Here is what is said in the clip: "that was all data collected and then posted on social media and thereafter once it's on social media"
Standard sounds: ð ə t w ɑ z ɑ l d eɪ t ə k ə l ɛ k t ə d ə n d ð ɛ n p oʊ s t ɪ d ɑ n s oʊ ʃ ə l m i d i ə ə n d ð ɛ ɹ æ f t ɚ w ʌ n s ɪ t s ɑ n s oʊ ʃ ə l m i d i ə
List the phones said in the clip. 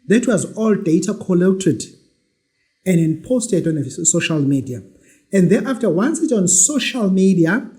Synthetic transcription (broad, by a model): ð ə t w ɑ z ɑ l d eɪ t ə k ə l ɛ k t ə d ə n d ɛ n p oʊ s t ɪ d ɑ n s oʊ ʃ ə l m i d i ə ə n d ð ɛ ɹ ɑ f t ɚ w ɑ n s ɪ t ɑ n s oʊ ʃ ə l m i d i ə